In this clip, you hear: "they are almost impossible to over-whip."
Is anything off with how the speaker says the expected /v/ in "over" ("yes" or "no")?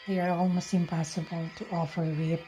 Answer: yes